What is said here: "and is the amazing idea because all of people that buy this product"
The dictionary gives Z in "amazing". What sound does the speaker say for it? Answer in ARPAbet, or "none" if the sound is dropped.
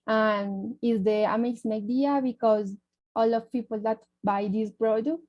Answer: S